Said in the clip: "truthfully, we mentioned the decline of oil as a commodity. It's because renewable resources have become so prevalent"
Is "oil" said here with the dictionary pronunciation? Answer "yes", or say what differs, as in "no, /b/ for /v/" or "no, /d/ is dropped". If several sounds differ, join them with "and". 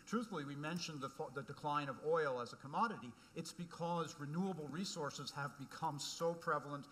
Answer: yes